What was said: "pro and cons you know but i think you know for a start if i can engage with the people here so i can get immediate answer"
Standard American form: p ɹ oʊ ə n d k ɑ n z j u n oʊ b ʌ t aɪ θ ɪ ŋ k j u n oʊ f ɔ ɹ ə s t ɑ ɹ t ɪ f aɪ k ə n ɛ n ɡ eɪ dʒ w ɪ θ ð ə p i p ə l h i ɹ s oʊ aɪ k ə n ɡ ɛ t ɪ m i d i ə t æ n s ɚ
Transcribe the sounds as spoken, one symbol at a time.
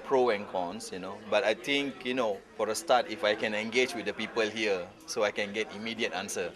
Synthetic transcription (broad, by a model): p ɹ oʊ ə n k ɑ n s j u n oʊ b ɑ t aɪ t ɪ ŋ k j u n oʊ f ɔ ɹ ə s t ɑ t ɪ f aɪ k ə n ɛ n ɡ eɪ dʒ w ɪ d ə p i p ə l h i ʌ s oʊ aɪ k ə n ɡ ɛ t ɪ m i d i ə t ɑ n s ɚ